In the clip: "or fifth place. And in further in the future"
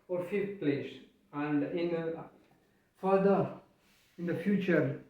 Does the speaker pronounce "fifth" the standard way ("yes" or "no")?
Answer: no